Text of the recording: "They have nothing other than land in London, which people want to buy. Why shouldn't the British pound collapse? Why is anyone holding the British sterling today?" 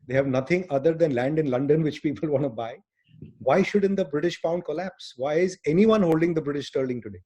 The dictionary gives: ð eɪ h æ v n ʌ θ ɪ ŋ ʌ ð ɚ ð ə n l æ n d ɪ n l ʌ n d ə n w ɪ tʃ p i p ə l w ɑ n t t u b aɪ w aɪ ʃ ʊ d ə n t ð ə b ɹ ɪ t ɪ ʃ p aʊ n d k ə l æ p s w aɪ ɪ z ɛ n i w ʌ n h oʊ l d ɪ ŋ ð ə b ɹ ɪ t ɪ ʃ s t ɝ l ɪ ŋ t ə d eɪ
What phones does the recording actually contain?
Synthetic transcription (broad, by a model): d eɪ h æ v n ʌ t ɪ ŋ ʌ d ɚ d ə n l æ n d ɪ n l ʌ n d ə n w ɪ tʃ p i p ə l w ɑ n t t u b aɪ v aɪ ʃ ʊ d ə n t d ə b ɹ ɪ t ɪ ʃ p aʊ n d k ə l æ p s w aɪ ɪ z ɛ n i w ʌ n h oʊ l d ɪ ŋ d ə b ɹ ɪ t ɪ ʃ s t ɝ l ɪ ŋ t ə d eɪ